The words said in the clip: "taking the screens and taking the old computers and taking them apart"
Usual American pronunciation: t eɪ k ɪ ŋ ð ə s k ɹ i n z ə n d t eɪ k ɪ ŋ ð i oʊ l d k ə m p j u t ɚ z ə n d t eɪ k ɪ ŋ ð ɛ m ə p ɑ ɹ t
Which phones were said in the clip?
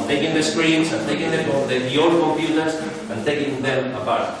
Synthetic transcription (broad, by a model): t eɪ k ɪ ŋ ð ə s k ɹ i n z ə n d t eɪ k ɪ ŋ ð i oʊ d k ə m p j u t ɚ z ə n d t eɪ k ɪ ŋ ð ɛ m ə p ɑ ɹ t